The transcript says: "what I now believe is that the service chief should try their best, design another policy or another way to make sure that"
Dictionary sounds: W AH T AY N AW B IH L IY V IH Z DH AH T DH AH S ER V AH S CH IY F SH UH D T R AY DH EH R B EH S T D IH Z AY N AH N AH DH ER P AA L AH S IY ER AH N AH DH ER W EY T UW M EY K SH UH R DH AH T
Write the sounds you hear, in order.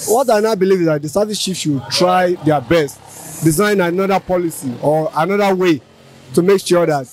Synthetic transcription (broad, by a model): W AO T AY N AW B IH L IY V IH Z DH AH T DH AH S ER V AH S SH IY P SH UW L T R AY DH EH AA B EH S T D IH Z AY N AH N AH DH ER P AA L AH S IY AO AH N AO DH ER W EY T UW M EY K SH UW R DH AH T